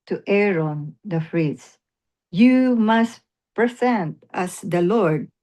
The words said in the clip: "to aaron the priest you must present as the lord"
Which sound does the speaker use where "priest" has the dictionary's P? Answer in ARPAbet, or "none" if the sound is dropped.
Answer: F